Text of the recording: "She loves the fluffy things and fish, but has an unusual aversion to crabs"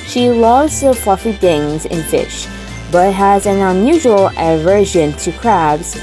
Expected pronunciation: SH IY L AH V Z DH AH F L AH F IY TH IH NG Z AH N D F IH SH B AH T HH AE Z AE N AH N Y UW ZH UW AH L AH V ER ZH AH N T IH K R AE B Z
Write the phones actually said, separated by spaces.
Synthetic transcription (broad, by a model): SH IY L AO Z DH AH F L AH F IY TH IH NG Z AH N F IH SH B AH T HH AE Z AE N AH N Y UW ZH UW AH L AH V ER ZH AH N T IH K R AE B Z